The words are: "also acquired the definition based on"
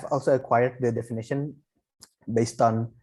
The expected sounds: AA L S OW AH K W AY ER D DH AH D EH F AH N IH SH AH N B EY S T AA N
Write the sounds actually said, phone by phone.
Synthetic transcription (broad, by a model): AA L S OW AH K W AY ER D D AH D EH F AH N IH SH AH N B EY S T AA N